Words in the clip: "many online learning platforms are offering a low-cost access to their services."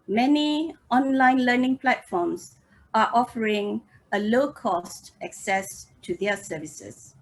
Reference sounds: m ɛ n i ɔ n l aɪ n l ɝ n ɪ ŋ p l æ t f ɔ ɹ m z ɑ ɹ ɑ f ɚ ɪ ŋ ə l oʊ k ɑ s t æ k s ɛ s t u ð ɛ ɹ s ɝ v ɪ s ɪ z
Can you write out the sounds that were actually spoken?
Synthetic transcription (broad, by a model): m ɛ n i ɔ n l aɪ n l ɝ n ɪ ŋ p l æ t f ɔ m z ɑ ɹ ɑ f ɚ ɪ ŋ ə l oʊ k ɑ s t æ k s ɛ s t u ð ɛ s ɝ v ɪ s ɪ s